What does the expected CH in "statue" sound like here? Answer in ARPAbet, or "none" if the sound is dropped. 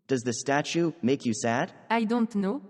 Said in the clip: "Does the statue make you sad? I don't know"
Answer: CH